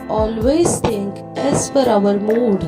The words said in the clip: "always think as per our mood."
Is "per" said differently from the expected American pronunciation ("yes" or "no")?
yes